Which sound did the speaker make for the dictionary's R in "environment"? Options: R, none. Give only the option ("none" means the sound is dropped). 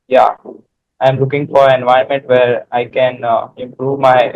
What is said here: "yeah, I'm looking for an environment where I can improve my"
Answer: none